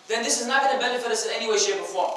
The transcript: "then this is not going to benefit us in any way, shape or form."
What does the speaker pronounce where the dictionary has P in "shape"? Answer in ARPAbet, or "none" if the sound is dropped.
B